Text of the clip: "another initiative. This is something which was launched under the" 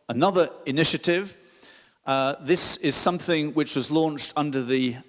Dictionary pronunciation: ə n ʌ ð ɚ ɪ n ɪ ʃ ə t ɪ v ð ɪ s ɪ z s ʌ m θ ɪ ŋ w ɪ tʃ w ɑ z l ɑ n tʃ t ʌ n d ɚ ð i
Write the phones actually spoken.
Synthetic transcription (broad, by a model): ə n ʌ ð ɚ ɪ n ɪ ʃ ə t ɪ v ð ɪ s ɪ z s ʌ m θ ɪ ŋ w ɪ tʃ w ɑ z l ɑ n tʃ t ʌ n d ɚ ð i